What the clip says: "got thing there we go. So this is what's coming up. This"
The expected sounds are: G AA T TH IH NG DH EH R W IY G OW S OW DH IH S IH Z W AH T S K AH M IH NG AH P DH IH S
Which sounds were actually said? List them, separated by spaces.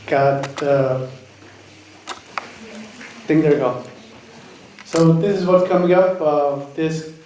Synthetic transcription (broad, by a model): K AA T T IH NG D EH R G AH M S OW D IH S IH Z W AH T S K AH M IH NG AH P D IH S